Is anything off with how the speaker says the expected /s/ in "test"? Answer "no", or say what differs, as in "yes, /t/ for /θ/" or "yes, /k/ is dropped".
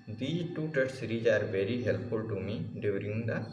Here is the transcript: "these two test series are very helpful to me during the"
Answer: yes, /s/ is dropped